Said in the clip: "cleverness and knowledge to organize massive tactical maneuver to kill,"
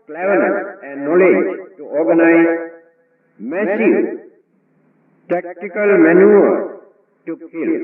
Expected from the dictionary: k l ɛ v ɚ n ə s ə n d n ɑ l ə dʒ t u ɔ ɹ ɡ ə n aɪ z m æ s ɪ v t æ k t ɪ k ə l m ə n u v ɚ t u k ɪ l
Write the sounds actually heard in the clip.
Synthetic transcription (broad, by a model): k l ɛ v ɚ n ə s ə n d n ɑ l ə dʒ t u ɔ ɹ ɡ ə n aɪ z m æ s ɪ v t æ k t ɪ k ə l m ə n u ɚ t u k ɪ l